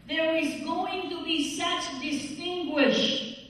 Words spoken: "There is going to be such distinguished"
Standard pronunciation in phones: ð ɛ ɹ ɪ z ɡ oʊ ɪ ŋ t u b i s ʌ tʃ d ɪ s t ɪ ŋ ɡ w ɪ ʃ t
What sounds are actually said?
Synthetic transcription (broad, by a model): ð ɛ ɹ ɪ z ɡ oʊ ɪ ŋ t u b i s ʌ tʃ d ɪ s t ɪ ŋ ɡ w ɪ ʃ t